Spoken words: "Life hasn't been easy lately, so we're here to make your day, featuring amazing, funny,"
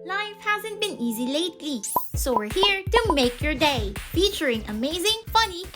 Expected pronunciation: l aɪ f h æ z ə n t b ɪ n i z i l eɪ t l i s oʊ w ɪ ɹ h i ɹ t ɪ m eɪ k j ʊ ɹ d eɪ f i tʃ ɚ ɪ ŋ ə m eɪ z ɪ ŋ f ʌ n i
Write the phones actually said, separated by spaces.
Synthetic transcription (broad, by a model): l aɪ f h æ z ə n t b ɪ n i z i l eɪ t l i s oʊ w ɪ ɹ h i ɹ t ɪ m eɪ k j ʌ ɹ d eɪ f i tʃ ɚ ɪ ŋ ə m eɪ z ɪ ŋ f ʌ n i